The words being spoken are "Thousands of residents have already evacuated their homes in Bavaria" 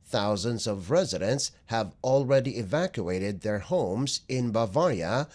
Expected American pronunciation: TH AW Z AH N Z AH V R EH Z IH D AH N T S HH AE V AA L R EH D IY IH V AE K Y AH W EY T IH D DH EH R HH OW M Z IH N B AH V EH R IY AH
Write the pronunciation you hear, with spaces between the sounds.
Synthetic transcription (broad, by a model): TH AW Z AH N Z AH V R EH Z IH D AH N T S HH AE V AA L R EH D IY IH V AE K Y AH EY T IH D DH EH R HH OW M Z IH N B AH V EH R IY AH